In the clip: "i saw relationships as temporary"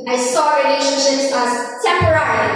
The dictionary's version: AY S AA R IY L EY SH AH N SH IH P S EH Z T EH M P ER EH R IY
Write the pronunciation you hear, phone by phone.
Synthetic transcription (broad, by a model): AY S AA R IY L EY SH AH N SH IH S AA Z T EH M P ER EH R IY